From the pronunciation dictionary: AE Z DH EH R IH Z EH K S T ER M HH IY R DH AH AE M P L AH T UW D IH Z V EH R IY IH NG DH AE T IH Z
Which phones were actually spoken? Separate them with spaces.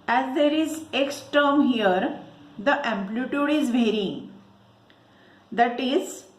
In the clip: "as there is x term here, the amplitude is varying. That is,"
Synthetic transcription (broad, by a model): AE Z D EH R IH Z EH K S T ER M HH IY R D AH AE M P L AH T UW D IH Z V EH R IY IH NG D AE T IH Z